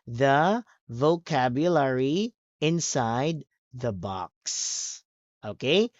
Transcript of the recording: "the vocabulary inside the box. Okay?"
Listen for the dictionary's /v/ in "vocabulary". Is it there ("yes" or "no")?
yes